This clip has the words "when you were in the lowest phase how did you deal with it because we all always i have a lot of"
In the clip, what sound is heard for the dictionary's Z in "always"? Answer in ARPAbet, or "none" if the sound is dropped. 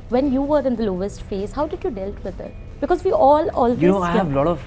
none